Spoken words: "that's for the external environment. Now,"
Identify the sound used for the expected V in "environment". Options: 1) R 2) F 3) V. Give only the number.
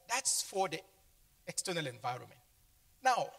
3